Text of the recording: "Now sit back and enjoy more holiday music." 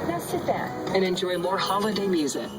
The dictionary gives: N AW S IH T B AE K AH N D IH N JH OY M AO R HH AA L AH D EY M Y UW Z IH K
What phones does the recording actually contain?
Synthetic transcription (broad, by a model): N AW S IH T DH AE AH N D IH N JH OY M AO R HH AA L AH D EY M Y UW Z IH K